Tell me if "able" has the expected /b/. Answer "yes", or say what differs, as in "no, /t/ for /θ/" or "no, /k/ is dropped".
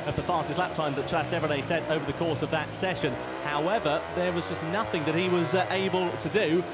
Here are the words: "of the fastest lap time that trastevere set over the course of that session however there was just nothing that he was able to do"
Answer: yes